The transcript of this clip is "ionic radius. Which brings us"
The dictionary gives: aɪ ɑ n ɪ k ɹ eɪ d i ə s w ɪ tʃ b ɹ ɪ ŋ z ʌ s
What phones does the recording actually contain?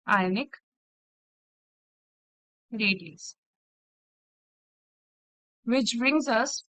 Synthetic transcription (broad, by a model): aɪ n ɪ k l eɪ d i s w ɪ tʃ b ɹ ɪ ŋ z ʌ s